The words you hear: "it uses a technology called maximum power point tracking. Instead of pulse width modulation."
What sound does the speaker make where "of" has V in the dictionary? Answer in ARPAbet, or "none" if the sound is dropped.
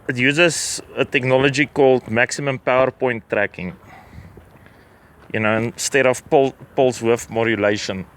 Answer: P